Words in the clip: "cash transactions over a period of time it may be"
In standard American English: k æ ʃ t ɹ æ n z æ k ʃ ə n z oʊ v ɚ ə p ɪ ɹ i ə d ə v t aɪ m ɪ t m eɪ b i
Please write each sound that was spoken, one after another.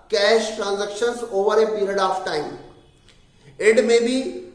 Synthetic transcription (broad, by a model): k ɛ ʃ t ɹ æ n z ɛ k ʃ ə n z oʊ v ɚ ə p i ɹ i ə d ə f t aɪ ɪ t m eɪ b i